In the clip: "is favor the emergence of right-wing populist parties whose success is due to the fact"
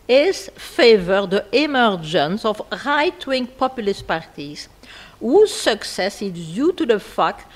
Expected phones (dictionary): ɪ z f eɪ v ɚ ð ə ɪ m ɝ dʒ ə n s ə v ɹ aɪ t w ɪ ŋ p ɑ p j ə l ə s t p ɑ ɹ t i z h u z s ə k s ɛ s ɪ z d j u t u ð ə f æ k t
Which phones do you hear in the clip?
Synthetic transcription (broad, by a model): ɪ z f eɪ v ɚ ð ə ɪ m ɝ dʒ ə n s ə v ɹ aɪ t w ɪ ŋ p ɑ p j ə l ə s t p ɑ ɹ t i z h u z s ə k s ɛ s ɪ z d j u t u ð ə f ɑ k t